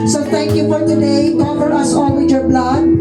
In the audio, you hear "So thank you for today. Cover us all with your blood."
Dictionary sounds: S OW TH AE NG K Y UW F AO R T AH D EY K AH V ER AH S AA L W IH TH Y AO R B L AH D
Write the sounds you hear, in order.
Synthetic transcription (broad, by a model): S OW T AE NG K Y UW F AO R T AH D EY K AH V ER AH S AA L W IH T Y AO R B L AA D